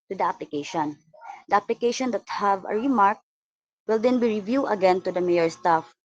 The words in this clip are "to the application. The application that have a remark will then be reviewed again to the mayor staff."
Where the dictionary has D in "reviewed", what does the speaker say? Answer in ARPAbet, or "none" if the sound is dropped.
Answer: none